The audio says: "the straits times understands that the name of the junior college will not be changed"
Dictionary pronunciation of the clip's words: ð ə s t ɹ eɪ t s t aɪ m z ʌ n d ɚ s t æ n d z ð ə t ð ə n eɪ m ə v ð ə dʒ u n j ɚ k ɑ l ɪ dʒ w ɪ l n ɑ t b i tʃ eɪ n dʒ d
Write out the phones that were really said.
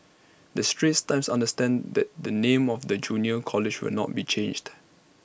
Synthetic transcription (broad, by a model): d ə s t ɹ eɪ t s t aɪ m s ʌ n d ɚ s t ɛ n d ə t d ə n eɪ m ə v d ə dʒ u n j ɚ k ɑ l ɪ dʒ w ɪ l n ɑ t b i tʃ eɪ n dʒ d